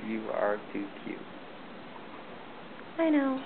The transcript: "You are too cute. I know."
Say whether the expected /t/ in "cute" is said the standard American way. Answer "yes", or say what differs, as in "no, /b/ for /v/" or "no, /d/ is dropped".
no, /t/ is dropped